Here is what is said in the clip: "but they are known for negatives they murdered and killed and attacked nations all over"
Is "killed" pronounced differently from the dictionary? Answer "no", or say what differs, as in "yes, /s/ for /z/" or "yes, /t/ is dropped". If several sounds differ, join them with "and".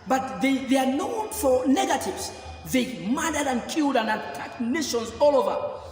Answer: no